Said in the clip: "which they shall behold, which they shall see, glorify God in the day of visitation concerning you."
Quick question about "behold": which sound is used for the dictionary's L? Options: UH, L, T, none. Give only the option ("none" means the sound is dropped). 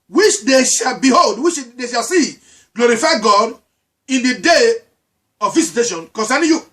L